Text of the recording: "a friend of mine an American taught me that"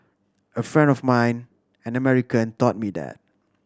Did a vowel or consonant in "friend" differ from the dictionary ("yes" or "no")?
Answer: no